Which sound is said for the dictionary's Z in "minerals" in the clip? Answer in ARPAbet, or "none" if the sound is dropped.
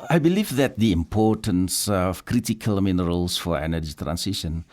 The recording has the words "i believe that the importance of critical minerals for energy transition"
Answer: S